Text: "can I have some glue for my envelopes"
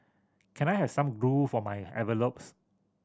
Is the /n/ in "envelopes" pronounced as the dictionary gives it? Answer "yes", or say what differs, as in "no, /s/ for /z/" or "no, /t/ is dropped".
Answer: no, /n/ is dropped